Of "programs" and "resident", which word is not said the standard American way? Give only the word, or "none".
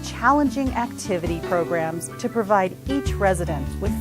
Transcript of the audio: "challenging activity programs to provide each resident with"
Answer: none